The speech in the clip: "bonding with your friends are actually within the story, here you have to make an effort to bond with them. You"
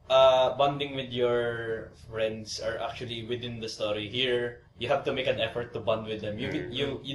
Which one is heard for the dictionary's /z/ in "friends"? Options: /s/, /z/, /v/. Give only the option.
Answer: /s/